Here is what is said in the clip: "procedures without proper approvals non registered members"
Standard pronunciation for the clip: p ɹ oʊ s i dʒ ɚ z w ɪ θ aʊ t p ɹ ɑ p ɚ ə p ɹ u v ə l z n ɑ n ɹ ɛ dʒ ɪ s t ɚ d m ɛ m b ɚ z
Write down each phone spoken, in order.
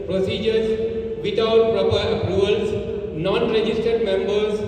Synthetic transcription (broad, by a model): p ɹ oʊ s i dʒ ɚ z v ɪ t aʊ t p ɹ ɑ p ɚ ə ɹ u ə l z n ɑ n ɹ ɛ dʒ ɪ s t ɚ d m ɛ m b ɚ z